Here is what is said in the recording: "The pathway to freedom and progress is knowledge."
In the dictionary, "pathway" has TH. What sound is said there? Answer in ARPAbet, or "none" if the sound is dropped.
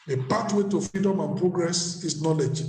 T